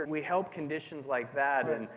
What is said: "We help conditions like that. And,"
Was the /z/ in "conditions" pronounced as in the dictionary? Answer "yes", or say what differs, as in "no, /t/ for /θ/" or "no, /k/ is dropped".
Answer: yes